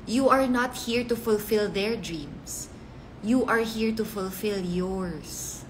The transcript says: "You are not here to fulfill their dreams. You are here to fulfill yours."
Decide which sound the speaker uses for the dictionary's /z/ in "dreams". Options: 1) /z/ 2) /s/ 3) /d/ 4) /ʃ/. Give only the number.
2